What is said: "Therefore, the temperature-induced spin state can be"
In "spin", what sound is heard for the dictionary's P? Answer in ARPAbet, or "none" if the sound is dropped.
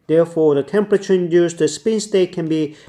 P